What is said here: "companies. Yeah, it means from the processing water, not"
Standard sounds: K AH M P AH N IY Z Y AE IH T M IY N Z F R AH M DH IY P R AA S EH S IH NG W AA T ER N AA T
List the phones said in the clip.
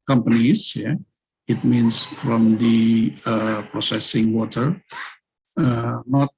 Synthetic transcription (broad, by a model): K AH M P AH N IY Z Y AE IH T M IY N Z F R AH M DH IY P R AA S EH S IH NG W AA T ER N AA T